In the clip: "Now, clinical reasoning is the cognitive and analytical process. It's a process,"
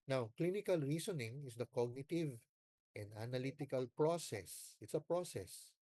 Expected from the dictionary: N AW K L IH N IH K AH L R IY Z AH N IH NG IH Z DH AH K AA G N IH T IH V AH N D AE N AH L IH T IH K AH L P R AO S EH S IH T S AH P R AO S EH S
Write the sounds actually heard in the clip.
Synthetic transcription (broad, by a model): N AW K L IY N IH K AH L R IY S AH N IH NG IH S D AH K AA G N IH T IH V AH N D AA N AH L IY T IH K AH L P R AO S EH S IH T S AH P R AO S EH S